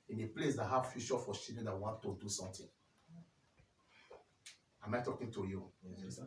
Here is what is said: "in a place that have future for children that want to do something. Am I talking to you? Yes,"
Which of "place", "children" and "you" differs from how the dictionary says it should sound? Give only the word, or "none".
children